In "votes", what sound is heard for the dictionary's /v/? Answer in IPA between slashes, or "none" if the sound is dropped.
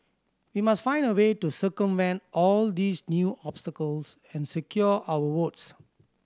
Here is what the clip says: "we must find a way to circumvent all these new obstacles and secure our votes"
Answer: /w/